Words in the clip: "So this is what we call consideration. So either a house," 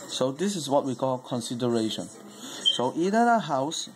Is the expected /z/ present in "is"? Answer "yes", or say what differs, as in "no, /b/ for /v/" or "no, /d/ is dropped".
no, /s/ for /z/